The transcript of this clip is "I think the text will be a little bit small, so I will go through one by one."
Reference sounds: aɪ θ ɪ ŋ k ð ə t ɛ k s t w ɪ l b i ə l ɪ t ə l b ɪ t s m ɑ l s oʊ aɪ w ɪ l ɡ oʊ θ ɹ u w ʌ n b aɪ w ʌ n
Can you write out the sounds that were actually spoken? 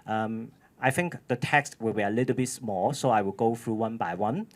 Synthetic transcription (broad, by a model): aɪ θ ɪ ŋ k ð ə t ɛ k s t w ɪ l b i ə l ɪ t ə l b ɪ t s m ɑ l s oʊ aɪ w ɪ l ɡ oʊ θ ɹ u w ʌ n b aɪ w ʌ n